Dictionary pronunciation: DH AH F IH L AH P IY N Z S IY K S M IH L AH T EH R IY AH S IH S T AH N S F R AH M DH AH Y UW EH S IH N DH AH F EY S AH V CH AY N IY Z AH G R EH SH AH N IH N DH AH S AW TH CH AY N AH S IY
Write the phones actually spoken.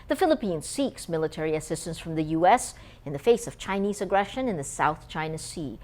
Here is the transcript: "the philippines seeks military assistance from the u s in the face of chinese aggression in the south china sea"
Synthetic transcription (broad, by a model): DH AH F IH L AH P IY N S IY K S M IH L AH T EH R IY AH S IH S T AH N S F R AH M DH AH Y UW EH S IH N DH AH F EY S AH V CH AY N IY Z AH G R EH SH AH N IH N DH AH S AW TH CH AY N AH S IY